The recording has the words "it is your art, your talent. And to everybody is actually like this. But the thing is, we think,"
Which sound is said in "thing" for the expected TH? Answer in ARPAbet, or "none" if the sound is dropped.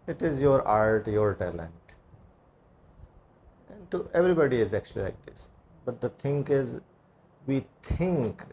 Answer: T